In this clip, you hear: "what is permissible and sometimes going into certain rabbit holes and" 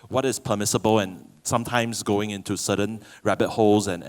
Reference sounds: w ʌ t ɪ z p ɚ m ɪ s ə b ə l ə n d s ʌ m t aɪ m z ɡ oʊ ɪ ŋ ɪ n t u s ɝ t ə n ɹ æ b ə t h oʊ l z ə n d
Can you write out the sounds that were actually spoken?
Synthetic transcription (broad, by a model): w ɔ t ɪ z p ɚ m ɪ s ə b ə l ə n s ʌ m t aɪ m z ɡ oʊ ɪ ŋ ɪ n t u s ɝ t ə n ɹ æ b ə t h oʊ l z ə n